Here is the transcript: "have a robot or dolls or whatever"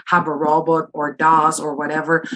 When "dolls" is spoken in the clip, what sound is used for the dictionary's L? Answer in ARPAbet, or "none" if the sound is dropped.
none